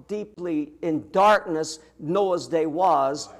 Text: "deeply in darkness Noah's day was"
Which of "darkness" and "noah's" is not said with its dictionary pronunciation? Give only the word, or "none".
none